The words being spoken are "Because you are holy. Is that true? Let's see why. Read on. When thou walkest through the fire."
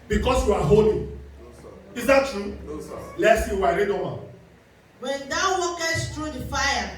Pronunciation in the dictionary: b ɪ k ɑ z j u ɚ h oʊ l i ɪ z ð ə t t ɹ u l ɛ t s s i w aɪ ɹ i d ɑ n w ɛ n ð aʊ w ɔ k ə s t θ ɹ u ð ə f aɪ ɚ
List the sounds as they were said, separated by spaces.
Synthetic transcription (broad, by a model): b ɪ k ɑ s j u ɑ h oʊ l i ɪ z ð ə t t ɹ u l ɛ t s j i w aɪ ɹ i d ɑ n w ɛ n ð aʊ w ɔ k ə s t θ ɹ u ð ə f aɪ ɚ